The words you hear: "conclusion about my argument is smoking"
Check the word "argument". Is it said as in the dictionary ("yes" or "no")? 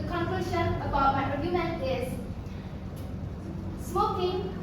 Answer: no